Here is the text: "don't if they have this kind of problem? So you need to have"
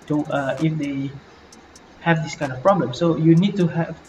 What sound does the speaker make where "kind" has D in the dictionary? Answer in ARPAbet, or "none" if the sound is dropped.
D